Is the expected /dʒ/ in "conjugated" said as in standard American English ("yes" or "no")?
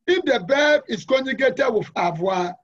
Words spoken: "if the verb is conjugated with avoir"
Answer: no